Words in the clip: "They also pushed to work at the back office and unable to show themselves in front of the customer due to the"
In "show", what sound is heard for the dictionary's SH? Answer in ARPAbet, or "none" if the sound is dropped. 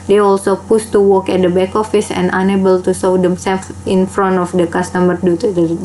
S